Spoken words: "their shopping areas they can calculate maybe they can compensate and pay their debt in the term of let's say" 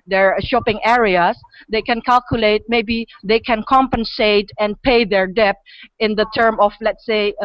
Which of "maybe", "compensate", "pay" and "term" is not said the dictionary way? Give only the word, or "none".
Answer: none